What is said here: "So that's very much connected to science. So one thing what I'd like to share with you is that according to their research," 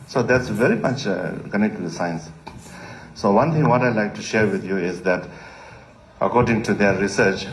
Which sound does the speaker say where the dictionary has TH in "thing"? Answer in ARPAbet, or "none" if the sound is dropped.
T